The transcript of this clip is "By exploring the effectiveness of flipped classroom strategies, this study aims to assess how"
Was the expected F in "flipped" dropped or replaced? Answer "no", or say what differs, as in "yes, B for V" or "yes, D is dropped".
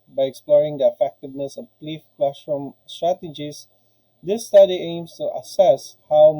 yes, P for F